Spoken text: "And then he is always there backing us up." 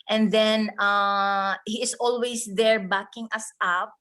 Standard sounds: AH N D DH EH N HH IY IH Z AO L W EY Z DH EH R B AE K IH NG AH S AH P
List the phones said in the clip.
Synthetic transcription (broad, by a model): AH N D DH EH N HH IY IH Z AO L W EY S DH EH R B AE K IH NG AH S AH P